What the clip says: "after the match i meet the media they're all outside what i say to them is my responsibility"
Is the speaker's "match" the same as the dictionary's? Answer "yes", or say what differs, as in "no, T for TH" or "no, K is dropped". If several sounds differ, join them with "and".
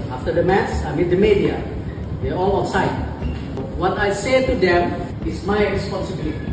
no, S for CH